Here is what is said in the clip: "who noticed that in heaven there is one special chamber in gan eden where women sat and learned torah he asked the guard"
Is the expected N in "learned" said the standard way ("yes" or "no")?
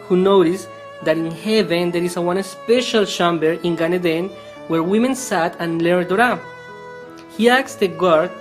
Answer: no